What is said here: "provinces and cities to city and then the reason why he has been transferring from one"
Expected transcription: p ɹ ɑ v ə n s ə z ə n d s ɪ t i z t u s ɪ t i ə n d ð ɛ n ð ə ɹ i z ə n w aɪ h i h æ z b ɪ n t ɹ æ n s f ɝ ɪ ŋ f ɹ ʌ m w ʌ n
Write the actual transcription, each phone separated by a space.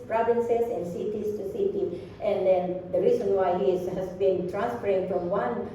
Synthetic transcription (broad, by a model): p ɹ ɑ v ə n s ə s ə n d s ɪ t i s t u s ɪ t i ə n d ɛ n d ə ɹ i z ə n w aɪ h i h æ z b ɪ n t ɹ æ n s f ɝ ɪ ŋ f ɹ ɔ m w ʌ n